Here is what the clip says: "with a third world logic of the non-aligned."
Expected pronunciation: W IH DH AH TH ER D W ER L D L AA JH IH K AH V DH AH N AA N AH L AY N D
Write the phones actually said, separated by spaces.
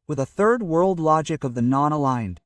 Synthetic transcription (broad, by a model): W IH DH AH TH ER D W ER L D L AA JH IH K AH V DH AH N AA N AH L AY N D